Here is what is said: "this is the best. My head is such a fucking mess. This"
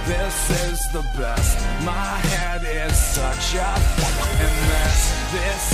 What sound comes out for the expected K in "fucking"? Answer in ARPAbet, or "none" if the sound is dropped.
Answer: none